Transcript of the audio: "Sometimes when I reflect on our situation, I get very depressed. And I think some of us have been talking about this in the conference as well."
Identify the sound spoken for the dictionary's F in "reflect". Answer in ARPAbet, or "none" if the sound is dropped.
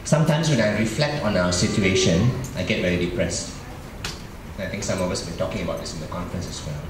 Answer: F